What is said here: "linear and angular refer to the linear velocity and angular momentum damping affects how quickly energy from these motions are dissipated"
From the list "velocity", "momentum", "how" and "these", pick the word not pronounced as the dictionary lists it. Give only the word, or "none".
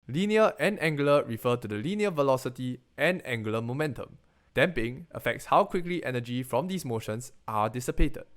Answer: these